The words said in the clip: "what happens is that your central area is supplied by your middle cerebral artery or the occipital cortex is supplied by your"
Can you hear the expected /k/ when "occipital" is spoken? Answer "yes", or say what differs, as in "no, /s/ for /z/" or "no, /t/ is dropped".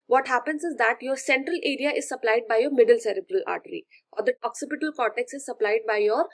yes